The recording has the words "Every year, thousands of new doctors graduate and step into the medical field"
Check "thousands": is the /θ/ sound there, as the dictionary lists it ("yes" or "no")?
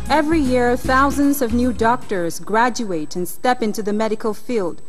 yes